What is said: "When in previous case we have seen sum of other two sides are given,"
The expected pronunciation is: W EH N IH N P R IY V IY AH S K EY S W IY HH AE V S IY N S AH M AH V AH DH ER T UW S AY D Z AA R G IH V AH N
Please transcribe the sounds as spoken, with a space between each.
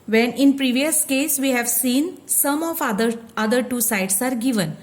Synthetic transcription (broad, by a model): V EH N IH N P R IY V IY AH S K EY S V IY HH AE V S IY N S AH M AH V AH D ER T UW S AY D S AA R G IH V AH N